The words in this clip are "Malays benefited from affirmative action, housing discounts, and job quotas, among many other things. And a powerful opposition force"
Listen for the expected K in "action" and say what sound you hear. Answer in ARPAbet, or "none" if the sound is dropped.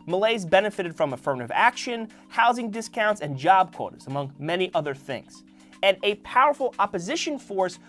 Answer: K